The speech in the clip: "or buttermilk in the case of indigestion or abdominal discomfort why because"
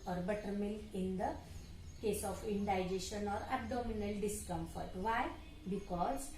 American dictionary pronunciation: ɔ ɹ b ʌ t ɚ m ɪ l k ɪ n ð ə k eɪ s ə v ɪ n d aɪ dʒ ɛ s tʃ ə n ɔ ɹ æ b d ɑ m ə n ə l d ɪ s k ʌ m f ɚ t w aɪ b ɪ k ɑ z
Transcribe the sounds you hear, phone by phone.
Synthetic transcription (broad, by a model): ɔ ɹ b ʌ t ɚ m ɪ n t ɪ n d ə k eɪ s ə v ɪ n d aɪ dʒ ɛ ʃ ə n ɔ ɹ æ b d ɑ m ə n ə l d ɪ s k ʌ m f ɚ t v aɪ b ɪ k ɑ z